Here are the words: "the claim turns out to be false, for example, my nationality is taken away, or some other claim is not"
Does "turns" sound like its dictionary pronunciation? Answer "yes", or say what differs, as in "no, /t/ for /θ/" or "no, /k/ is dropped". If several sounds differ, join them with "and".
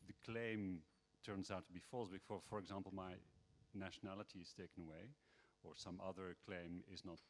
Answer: yes